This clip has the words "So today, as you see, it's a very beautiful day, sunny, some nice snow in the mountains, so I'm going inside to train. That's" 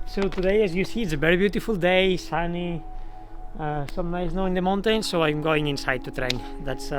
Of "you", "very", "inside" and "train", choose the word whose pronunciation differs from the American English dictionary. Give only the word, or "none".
none